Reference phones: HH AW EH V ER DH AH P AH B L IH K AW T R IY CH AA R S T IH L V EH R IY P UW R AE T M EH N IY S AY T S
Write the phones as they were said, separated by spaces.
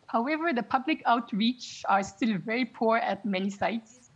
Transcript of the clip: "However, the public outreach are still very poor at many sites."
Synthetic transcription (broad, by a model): HH AW EH V ER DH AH P AH B L IH K AW T R IY CH AA R S T IH L V EH R IY P UW R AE T M EH N IY S AY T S